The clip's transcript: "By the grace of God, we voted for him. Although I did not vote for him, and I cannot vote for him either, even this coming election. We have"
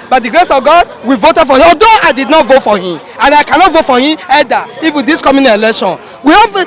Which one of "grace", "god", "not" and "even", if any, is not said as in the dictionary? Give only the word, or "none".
even